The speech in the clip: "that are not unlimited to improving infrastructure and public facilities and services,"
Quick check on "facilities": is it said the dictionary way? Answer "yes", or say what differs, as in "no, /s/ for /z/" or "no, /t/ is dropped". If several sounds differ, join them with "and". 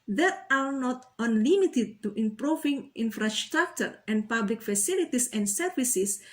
no, /s/ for /z/